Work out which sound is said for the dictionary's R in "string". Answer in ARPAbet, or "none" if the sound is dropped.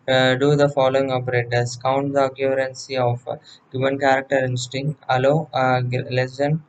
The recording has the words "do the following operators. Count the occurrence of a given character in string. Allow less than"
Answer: none